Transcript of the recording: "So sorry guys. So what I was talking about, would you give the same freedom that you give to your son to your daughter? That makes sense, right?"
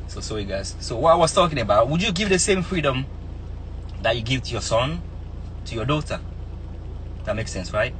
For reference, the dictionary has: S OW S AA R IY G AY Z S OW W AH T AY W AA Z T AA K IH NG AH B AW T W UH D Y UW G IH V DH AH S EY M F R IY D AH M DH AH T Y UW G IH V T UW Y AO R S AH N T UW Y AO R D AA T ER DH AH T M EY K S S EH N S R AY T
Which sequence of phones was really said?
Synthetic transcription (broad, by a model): S OW S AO IY G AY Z S OW W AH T AY W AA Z T AA K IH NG AH B AW T W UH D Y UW G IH V DH AH S EY M F R IY D AH M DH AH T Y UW G IH V T UW Y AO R S AH N T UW Y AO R D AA T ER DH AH T M EY K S S EH N S R AY T